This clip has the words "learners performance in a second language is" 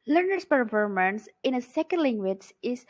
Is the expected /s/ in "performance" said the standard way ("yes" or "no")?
yes